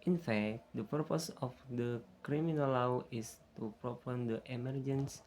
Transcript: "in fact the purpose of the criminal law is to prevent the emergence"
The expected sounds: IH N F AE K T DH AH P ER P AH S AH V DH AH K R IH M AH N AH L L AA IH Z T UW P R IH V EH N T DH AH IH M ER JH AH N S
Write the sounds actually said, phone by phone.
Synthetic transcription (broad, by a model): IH N F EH K T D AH P ER P AH S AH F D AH K R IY M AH N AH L L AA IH S T UW P R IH P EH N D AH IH M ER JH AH N S